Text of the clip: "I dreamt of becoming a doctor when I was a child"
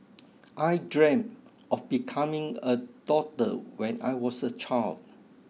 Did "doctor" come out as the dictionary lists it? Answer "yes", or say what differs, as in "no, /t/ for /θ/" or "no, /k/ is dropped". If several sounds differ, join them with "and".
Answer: no, /k/ is dropped